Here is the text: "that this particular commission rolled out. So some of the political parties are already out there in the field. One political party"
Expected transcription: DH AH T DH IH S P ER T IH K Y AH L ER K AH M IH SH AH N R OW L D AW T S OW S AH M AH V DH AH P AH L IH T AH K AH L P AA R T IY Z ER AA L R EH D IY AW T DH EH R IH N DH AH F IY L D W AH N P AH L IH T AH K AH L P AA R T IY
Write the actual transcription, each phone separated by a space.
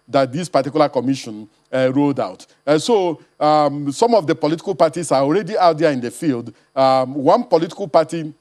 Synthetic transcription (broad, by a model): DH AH T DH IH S P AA T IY K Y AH L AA K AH M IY SH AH N R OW D AW T S OW S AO M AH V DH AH P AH L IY T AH K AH L P AA T IY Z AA AA L R EH D IY AW T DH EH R IH N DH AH F IY L D W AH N P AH L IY T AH K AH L P AA T IY